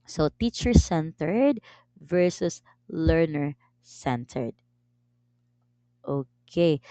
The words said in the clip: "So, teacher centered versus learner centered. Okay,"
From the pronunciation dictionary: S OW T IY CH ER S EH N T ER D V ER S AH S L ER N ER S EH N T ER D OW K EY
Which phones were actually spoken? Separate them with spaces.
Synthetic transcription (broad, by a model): S OW T IY CH ER S EH N T ER D V ER S AH S L ER N ER S EH N T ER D OW K EY